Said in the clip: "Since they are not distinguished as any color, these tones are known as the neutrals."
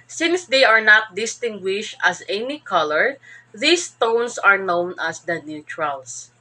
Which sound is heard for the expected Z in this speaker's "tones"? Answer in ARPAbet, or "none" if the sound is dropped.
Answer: S